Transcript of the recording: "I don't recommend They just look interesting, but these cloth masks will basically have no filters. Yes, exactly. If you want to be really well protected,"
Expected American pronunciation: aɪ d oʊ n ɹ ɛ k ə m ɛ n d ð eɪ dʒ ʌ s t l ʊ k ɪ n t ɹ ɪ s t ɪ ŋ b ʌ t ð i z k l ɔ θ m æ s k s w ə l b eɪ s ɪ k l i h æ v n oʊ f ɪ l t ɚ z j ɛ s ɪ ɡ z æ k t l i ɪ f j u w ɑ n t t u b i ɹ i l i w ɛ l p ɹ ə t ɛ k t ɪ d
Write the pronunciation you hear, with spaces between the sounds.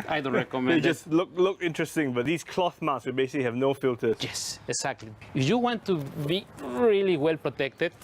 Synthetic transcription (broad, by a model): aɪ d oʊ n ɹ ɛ k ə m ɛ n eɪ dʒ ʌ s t l ʊ k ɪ n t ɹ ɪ s t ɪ ŋ b ʌ t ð i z k l ɔ θ m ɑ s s w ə b eɪ s ɪ k l i h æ v n oʊ f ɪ l t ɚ j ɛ s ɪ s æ k t l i ɪ f j u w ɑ n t t u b i ɹ i l i w ɛ l p ɹ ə t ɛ k t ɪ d